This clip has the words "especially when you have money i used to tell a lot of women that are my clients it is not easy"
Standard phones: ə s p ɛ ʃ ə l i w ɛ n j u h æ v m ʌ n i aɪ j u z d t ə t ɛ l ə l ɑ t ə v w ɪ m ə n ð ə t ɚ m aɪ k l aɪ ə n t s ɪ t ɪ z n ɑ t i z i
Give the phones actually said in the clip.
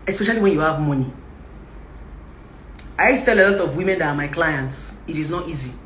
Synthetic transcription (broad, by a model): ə s p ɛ ʃ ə l i w ɛ n j u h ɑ v m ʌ n i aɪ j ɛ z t t ɛ l ə l ɑ t ə v w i m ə n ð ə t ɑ m aɪ k l aɪ ə n t s ɪ t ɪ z n ɑ t i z i